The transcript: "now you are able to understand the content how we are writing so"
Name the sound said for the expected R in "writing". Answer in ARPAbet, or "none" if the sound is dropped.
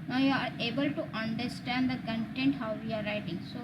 R